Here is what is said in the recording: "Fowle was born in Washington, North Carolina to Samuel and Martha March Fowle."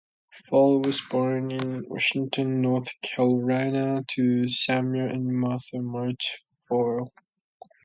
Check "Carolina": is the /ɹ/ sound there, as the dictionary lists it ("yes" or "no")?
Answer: no